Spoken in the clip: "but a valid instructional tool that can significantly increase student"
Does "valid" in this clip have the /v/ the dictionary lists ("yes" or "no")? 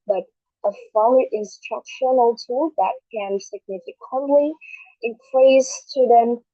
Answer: no